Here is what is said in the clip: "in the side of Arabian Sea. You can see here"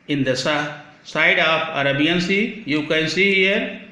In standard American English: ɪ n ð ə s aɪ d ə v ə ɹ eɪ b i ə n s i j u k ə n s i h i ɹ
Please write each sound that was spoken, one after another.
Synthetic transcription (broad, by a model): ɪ n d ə s aɪ d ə p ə ɹ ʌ b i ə n s i j u k ə n s i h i ɹ